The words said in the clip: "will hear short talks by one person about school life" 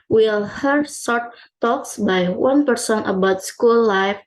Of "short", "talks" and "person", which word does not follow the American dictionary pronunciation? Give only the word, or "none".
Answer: short